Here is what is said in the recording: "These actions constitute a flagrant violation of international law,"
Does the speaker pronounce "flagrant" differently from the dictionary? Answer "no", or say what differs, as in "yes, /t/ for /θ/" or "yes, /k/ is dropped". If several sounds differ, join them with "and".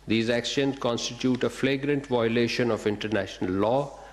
no